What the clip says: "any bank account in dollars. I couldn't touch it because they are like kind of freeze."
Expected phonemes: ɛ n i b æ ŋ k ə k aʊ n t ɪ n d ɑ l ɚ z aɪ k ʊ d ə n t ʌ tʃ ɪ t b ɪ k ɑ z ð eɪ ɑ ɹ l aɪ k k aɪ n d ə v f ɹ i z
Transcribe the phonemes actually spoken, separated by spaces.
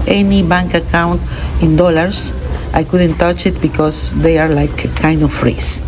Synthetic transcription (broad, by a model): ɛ n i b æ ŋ k ə k aʊ n t ɪ n d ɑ l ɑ s aɪ k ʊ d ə n t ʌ tʃ ɪ t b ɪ k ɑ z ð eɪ ɑ ɹ l aɪ k k aɪ n d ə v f ɹ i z